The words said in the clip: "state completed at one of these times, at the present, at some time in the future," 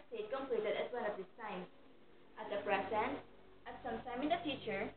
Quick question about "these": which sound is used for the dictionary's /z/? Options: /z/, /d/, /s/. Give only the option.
/s/